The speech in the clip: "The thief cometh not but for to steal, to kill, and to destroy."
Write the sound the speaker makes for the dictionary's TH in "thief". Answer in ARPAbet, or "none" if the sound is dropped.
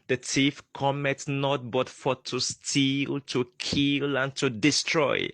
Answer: T